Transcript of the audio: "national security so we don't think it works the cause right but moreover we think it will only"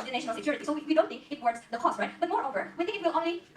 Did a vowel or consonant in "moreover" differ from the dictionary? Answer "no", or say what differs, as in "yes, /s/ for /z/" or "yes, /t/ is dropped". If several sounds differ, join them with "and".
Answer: no